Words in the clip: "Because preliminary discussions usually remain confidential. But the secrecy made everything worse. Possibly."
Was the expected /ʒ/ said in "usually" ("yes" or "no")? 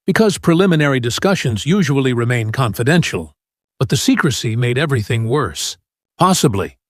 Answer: yes